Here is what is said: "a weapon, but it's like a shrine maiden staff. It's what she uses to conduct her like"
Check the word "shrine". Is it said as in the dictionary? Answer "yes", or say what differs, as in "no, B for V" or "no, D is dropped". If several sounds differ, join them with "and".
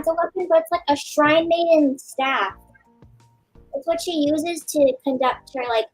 yes